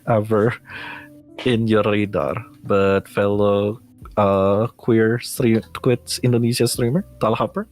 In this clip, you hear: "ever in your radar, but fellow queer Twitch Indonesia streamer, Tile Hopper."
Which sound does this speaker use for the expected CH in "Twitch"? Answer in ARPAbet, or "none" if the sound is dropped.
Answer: S